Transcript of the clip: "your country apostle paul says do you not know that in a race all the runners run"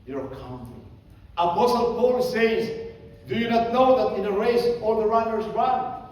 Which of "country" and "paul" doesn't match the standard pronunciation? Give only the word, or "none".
country